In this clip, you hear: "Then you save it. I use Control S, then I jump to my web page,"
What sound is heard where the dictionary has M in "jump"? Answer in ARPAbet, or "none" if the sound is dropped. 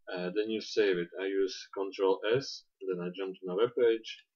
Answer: M